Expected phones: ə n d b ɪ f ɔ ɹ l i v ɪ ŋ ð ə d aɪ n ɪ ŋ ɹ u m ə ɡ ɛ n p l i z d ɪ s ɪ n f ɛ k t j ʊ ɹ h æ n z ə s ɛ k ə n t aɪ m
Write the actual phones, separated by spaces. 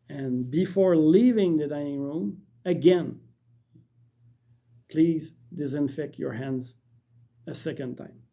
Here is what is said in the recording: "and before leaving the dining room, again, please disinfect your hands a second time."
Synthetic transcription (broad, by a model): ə n b ɪ f ɔ ɹ l i v ɪ ŋ ð ə d aɪ n ɪ ŋ ɹ u m ə ɡ ɛ n p l i z d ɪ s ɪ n f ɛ k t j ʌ ɹ h æ n z ə s ɛ k ə n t aɪ m